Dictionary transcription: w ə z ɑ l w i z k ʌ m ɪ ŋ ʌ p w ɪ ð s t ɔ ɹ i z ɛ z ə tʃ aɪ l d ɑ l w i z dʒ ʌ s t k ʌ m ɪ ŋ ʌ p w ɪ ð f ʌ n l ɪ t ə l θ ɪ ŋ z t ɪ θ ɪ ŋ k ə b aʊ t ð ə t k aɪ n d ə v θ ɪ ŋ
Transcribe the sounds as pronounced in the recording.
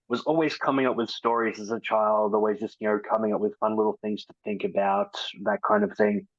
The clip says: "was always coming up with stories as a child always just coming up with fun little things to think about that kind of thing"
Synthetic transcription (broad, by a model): w ə z ɑ l w i z k ʌ m ɪ ŋ ʌ p w ɪ ð s t ɔ ɹ i z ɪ z ə tʃ aɪ l d ɑ l w i z dʒ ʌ s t k ʌ m ɪ ŋ ʌ p w ɪ ð f ʌ n l ɪ t l θ ɪ ŋ z t ɪ θ ɪ ŋ k ə b aʊ t ð ə t k aɪ n d ə v θ ɪ ŋ